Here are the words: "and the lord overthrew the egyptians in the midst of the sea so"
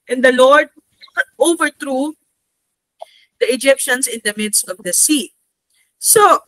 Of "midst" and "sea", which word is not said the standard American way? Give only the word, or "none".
none